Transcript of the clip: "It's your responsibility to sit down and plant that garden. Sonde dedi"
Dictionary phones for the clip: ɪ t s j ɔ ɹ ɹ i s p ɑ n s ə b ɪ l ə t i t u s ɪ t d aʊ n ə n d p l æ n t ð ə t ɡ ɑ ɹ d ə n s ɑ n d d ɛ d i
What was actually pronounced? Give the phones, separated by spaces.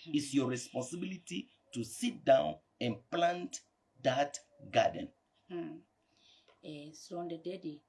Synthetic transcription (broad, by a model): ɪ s j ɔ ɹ ɹ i s p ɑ n s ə b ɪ l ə t i t u s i t d aʊ n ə n p l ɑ n t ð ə t ɡ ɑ d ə n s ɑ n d d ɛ d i